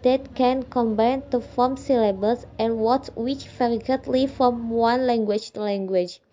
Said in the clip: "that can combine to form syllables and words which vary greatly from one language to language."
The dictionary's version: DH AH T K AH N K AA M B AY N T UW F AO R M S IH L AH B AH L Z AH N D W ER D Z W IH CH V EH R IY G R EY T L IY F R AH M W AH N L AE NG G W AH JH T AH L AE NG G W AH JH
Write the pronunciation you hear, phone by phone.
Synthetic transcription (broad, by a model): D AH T K AH N K AA M B AY N T UW F AO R M S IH L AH B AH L S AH N W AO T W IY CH F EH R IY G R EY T L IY F R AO M W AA N L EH NG G W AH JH L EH NG G W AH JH